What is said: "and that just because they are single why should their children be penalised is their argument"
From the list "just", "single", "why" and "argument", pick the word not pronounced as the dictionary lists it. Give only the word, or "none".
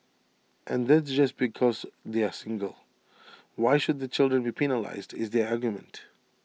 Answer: none